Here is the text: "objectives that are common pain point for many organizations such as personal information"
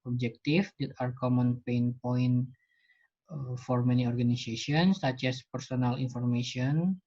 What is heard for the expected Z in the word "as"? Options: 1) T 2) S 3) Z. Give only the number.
2